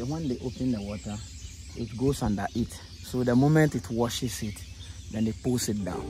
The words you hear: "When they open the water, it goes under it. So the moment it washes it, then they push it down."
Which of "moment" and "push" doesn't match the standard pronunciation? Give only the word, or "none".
push